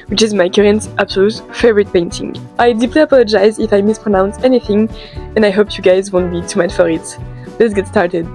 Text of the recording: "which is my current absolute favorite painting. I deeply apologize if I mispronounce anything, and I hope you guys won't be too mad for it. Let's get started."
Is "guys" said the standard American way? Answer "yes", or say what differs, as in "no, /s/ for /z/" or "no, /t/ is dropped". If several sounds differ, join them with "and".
yes